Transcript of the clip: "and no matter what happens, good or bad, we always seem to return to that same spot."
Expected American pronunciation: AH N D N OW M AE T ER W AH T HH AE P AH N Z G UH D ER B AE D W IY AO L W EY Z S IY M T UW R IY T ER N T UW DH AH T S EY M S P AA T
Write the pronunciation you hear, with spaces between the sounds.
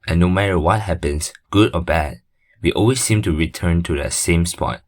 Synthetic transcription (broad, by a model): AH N N OW M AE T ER W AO T HH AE P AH N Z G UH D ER B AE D W IY AO L W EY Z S IY M T UW R IY T ER N T UW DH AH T S EY M S P AA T